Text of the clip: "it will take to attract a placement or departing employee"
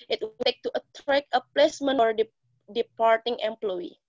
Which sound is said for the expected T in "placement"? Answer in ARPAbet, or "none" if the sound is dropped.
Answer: none